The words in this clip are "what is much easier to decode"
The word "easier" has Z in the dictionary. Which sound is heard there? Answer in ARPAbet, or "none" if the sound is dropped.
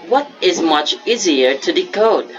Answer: Z